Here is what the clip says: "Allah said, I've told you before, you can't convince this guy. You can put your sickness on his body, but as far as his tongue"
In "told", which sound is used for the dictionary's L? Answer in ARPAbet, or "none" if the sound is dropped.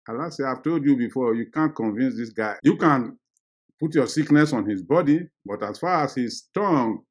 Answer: L